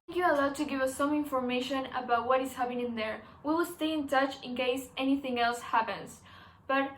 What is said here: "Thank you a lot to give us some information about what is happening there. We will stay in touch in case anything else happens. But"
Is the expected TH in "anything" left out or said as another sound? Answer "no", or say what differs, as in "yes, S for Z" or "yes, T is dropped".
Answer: no